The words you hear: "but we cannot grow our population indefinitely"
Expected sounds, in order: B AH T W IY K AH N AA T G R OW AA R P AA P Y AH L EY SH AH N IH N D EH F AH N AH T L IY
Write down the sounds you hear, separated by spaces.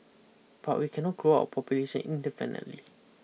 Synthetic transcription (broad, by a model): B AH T W IY K AH N AA T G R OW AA P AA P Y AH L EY S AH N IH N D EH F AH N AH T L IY